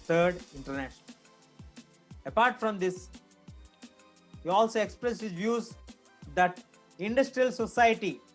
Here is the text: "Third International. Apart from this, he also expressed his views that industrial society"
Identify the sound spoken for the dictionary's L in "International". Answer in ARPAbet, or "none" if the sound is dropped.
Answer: N